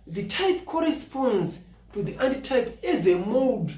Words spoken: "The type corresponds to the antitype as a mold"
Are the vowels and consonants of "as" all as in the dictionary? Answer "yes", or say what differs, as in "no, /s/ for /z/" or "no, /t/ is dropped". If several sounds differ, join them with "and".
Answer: yes